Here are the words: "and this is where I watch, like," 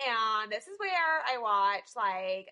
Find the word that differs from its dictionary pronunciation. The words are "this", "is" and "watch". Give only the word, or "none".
none